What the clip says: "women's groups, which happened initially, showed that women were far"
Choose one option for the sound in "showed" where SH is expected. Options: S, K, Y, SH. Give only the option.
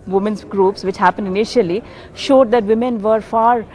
SH